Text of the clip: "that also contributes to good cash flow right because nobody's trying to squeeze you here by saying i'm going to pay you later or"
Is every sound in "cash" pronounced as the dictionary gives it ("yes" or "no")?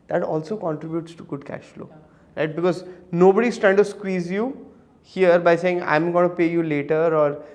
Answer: yes